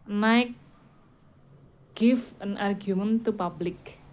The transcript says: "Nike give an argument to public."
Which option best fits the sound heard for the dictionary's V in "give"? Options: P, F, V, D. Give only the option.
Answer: F